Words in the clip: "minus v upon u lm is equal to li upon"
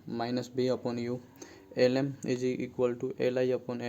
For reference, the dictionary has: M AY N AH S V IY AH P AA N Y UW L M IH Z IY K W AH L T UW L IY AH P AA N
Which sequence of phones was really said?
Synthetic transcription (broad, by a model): M AY N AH S B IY AH P AA N Y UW L M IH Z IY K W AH L T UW L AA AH P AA N